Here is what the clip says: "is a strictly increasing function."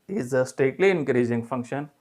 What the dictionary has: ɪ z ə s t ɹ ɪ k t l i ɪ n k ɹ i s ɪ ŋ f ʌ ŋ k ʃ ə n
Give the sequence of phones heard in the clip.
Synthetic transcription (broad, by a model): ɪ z ə s t ɛ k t l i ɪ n k ɹ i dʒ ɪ ŋ f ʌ ŋ k ʃ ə n